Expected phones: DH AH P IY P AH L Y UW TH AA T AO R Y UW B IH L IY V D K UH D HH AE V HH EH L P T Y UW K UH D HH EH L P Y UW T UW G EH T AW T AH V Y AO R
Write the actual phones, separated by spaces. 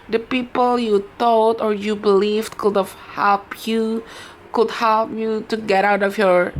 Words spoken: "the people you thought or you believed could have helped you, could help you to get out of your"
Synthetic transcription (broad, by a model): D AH P IY P AH L Y UW T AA T AO R Y UW B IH L IY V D K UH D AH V HH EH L P Y UW K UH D HH EH L P Y UW T UW G EH T AW T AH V Y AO R